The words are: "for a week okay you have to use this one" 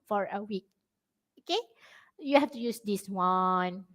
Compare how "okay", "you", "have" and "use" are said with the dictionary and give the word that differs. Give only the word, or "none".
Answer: have